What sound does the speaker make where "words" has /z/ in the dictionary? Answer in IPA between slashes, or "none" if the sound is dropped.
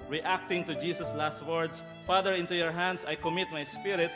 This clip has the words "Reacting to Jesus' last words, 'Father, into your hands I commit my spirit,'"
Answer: /s/